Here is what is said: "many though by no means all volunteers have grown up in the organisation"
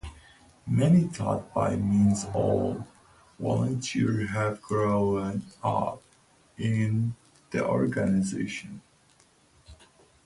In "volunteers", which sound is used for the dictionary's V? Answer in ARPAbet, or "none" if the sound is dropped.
W